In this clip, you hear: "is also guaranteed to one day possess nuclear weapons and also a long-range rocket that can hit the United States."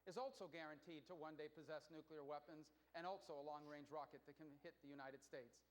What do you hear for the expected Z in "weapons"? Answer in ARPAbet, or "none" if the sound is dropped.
Z